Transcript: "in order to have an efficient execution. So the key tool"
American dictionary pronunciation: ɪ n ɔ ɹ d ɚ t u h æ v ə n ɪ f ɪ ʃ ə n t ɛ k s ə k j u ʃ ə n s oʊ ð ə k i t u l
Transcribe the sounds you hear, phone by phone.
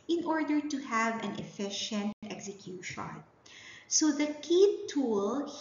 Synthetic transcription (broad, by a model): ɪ n ɔ ɹ d ɚ t u h æ v ə n ɪ f ɪ ʃ ə n t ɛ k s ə k j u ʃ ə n s oʊ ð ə k i t u l